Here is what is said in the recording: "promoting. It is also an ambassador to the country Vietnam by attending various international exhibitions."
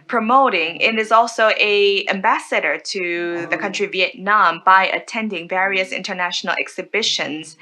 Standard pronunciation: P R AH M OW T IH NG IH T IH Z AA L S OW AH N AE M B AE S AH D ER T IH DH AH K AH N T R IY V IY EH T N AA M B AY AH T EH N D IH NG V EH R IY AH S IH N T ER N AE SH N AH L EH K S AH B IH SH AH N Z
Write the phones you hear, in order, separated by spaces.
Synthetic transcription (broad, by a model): P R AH M OW T IH NG IH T IH Z AA L S OW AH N AE M B AE S AH D ER T IH DH AH K AH N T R IY V IY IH T N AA M B AY AH T EH N D IH NG V EH R IY AH S IH N T ER N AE SH N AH L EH K S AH B IH SH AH N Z